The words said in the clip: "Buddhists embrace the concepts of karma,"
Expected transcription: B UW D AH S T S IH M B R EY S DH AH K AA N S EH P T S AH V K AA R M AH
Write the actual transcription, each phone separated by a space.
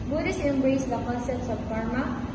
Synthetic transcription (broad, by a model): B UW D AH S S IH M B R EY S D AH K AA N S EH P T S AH B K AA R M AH